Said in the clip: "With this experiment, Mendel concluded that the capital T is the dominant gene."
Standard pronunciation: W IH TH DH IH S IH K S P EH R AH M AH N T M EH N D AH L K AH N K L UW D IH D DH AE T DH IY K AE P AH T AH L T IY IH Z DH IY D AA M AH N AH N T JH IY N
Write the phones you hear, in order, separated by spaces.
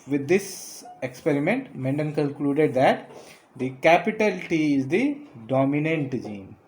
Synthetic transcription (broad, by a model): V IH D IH S IH K S P EH R AH M AH N T M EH N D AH N K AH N K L UW D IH D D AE T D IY K AE P AH T AH L T IY IH Z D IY D AA M AH N AH N T JH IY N